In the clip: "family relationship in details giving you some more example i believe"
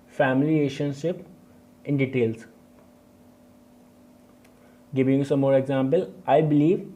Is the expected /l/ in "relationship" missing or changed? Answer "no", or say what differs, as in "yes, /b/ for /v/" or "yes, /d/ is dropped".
yes, /l/ is dropped